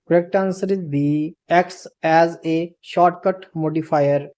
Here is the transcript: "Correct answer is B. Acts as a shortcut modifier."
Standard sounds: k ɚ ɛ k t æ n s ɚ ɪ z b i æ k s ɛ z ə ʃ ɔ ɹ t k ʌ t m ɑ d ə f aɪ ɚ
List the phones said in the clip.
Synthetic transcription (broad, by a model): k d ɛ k t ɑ n s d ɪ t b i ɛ k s ɛ z ə ʃ ɔ ɹ t k ʌ t m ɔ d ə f aɪ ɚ